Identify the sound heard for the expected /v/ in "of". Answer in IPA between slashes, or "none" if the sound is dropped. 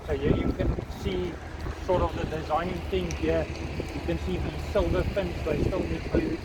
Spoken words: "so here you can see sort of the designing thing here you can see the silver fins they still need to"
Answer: /v/